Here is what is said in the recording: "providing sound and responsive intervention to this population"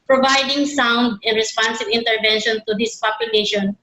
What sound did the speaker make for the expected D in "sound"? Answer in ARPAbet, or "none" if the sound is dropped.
D